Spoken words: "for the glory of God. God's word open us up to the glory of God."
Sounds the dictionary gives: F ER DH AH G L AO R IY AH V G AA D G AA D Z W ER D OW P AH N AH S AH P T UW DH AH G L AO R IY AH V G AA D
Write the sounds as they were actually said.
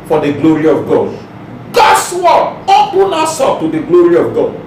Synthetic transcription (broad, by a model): F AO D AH G L AO R IY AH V G AA D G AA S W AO OW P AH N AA S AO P T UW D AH G L AO R IY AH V G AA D